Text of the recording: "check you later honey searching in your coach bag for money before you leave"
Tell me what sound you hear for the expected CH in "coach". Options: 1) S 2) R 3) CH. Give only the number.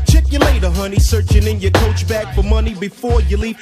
3